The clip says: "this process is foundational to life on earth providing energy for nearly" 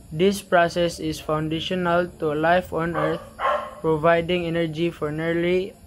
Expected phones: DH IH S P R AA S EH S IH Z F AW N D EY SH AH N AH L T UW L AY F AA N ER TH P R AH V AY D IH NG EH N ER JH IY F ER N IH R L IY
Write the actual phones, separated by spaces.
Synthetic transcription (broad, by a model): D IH S P R AA S EH S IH S F AW N D EY SH AH N AH L T UW L AY F AA N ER T P R AH V AY D IH NG EH N ER JH IY F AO N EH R L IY